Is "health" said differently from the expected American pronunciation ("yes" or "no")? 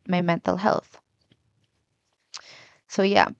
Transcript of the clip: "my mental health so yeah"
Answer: no